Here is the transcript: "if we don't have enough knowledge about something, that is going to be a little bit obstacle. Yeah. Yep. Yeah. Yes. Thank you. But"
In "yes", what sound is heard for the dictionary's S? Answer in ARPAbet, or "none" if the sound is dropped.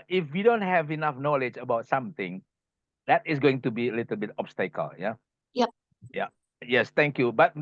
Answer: S